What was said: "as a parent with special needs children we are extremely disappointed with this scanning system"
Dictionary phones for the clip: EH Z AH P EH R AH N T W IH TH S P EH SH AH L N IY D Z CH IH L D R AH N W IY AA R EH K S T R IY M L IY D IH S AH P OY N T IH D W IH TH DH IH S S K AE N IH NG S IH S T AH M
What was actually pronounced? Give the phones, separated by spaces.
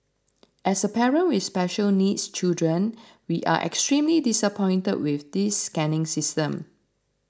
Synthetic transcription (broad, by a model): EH S AH P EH R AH N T W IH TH S P EH SH AH L N IY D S CH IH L D R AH N W IY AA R EH K S T R IY M L IY D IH S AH P OY N T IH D W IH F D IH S S K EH N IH NG S IH S T AH M